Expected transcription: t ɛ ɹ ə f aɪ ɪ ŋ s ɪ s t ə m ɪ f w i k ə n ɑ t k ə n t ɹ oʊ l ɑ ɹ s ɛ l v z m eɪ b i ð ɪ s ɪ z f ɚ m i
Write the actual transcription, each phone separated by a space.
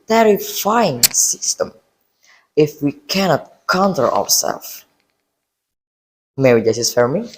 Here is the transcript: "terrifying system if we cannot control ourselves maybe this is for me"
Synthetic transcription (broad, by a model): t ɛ ɹ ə f aɪ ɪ ŋ s ɪ s t ə m ɪ f w i k ə n ɑ t k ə n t l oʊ w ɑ ɹ s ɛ l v m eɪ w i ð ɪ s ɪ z f ɚ m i